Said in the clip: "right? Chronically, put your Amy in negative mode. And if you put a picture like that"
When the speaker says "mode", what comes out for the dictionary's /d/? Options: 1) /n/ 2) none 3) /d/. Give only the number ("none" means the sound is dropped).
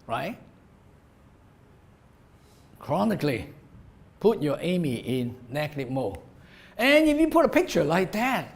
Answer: 2